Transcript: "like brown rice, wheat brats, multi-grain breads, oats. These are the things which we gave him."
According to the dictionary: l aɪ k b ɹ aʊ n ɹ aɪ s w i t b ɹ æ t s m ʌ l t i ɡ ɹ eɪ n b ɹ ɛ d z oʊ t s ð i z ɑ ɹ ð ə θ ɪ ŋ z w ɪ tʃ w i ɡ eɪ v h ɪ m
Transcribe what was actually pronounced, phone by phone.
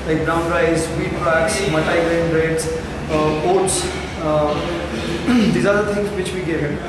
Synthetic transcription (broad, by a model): l aɪ k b ɹ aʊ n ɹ aɪ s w i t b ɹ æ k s m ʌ t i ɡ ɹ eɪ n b ɹ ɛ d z oʊ t s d i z ɑ ɹ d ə t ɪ ŋ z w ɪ tʃ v i ɡ eɪ v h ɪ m